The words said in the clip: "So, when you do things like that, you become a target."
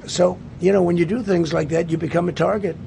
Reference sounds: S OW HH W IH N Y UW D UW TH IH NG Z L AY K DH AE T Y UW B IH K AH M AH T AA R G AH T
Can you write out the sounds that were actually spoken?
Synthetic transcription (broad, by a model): S OW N W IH N Y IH D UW TH IH NG Z L AY K DH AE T Y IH B IH K AH M AH T AA R G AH T